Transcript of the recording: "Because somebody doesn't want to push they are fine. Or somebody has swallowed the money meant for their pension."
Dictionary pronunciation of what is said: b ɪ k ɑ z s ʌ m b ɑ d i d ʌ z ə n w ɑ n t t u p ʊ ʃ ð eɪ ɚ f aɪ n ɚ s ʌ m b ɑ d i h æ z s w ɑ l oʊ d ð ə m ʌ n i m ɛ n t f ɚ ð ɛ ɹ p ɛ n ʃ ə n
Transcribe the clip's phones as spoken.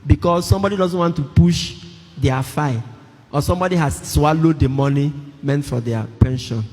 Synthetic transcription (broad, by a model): b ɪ k ɑ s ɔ m b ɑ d i d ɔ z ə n w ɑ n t t u p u ʃ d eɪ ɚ f aɪ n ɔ s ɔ m b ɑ d i h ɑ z s w ɑ l oʊ d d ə m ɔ n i m ɛ n t f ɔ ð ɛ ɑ p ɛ n ʃ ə n